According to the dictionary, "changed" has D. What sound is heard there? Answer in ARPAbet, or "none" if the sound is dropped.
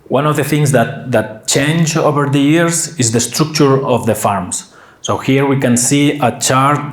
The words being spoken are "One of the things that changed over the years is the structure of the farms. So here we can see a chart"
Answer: none